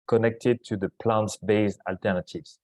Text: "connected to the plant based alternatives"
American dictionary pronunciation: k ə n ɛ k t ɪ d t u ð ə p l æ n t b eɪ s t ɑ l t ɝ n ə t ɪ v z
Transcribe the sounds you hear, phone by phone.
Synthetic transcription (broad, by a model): k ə n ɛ k t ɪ d t u ð ə p l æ n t b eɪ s ɑ l t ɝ n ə t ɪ v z